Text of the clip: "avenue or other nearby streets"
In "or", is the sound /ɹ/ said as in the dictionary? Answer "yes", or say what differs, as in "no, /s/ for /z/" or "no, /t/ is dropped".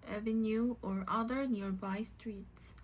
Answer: yes